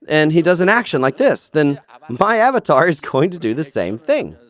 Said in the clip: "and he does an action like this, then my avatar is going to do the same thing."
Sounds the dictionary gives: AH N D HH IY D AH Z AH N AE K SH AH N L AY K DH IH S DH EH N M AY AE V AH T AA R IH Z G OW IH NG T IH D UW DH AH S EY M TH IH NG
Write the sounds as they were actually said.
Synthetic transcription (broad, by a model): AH N IY D AH Z AH N AE K SH AH N L AY K DH IH S DH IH N M AY AE V AH T AA R IH Z G OW IH NG T IH D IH DH AH S EY M TH IH NG